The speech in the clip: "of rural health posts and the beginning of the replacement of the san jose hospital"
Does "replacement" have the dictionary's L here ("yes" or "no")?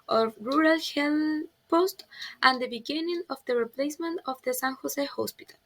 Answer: yes